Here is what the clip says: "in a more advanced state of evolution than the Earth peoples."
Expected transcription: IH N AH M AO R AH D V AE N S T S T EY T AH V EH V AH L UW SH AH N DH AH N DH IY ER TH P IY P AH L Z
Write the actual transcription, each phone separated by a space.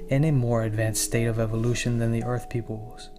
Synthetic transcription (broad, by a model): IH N AH M AO R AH D V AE N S S T EY T AH V EH V AH L UW SH AH N DH AH N DH IY ER TH P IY P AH L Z